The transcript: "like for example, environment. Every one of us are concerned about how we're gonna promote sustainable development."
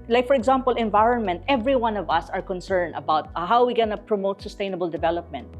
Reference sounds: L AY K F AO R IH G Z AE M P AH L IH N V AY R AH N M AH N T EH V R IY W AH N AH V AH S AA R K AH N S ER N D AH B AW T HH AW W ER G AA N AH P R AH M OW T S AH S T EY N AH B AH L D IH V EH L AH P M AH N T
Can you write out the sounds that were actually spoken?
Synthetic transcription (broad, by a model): L AY K F AO R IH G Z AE M P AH L IH N V AY R AH N M AH N T EH V R IY W AH N AH V AH S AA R K AH N S ER N D AH B AW T HH AW W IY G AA N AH P R AH M OW T S AH S T EY N AH B AH L D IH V EH L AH P M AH N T